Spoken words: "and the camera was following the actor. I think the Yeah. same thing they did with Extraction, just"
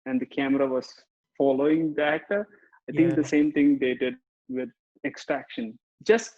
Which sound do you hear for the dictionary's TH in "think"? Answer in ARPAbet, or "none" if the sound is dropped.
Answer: T